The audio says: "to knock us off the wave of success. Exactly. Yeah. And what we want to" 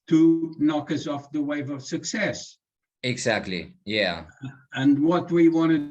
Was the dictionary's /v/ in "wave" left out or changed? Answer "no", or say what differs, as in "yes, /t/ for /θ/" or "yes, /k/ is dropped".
no